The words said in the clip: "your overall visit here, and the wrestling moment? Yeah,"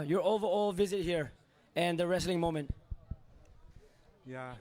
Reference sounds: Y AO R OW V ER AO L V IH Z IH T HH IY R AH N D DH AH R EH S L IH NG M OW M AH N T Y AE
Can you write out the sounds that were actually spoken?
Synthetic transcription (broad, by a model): Y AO R OW V ER AO L V IH Z IH T HH IY R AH N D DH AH R EH S L IH NG M OW M AH N T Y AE